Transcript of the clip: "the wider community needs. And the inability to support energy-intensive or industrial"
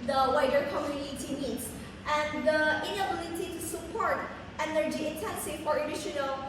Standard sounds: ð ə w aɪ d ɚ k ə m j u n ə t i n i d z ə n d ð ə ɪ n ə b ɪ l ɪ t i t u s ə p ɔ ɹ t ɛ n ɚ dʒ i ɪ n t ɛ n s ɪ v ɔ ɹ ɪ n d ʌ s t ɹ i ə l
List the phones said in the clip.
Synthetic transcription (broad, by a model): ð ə w aɪ d ɚ k ə m j u n ə t i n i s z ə n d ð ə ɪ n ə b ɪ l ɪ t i t u s ə p ɔ ɹ t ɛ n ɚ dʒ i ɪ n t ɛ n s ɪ ɔ ɹ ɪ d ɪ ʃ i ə l